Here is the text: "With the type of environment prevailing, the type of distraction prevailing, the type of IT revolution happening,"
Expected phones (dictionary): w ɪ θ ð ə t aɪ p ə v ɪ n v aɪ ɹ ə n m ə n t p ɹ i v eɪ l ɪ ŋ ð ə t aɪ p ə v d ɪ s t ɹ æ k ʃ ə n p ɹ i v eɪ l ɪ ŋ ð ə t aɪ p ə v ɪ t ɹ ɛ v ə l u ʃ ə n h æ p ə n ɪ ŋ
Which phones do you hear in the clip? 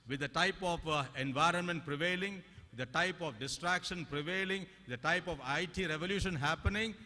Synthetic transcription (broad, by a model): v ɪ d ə t aɪ p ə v ɪ n v aɪ ɹ ə n m ə n t p ɹ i v eɪ l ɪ ŋ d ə t aɪ p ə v d ɪ s t ɹ æ k ʃ ə n p ɹ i v eɪ l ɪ ŋ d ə t aɪ p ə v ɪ t ɹ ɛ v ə l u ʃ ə n h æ p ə n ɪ ŋ